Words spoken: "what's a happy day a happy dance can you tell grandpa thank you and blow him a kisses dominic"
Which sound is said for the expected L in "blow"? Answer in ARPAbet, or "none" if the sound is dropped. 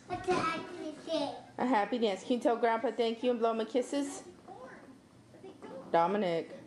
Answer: L